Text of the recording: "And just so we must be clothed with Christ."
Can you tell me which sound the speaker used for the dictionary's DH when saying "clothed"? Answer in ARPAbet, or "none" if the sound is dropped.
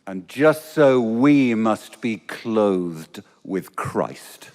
DH